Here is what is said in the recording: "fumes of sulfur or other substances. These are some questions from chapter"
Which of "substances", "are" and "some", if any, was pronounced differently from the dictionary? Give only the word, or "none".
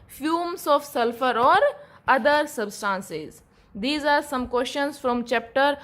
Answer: none